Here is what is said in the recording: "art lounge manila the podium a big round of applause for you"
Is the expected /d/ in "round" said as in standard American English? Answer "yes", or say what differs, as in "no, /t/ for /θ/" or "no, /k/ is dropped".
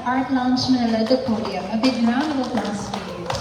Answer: no, /d/ is dropped